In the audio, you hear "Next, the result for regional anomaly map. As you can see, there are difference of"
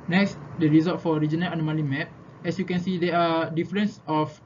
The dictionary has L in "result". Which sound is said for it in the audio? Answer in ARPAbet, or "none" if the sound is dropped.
none